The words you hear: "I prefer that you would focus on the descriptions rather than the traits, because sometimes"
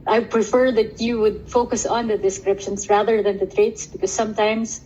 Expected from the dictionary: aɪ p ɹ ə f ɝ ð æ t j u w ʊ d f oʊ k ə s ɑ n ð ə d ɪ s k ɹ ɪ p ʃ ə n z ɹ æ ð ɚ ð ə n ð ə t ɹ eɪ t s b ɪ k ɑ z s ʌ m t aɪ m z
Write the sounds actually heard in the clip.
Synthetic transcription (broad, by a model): aɪ p ɹ ə f ɝ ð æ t j u w ʊ d f oʊ k ə s ɑ n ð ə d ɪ s k ɹ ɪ p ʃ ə n s ɹ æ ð ɚ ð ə n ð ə t ɹ eɪ t s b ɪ k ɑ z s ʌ m t aɪ m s